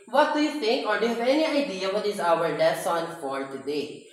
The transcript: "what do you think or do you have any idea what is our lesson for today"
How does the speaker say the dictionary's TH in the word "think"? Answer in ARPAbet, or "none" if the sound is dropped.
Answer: T